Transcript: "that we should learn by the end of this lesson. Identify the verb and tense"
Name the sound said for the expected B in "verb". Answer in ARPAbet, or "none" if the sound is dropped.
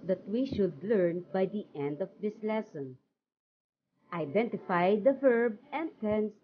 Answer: B